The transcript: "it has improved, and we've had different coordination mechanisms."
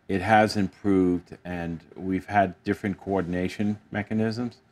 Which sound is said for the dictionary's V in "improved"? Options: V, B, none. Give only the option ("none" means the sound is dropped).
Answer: V